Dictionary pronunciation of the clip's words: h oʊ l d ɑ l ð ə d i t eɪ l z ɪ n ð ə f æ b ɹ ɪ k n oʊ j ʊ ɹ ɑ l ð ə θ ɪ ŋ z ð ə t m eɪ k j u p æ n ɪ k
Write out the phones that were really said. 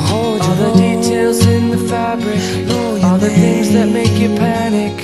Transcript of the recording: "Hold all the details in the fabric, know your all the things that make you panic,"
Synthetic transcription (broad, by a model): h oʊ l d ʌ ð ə d i t eɪ l z ɪ n ð ə f æ b ɹ ɪ k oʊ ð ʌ ɹ θ ɪ ŋ z ð ə t m eɪ k j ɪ p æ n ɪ k